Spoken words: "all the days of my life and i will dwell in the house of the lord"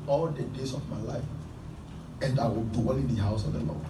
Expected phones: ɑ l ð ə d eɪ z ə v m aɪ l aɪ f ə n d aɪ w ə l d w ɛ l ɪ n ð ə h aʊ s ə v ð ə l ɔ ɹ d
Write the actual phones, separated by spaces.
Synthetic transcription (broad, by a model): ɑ l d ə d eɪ s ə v m aɪ l aɪ f ə n d aɪ w ə l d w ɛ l ɪ n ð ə h aʊ s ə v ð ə l ɔ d